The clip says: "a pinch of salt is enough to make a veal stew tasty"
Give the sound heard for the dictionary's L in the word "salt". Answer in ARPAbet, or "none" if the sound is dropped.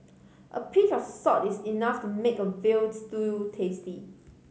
none